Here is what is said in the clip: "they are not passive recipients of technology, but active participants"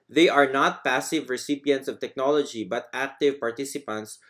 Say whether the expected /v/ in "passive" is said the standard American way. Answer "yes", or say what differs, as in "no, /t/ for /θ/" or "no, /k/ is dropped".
yes